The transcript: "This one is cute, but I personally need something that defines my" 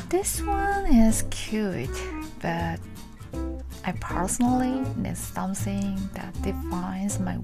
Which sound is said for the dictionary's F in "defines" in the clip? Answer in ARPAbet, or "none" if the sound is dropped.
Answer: F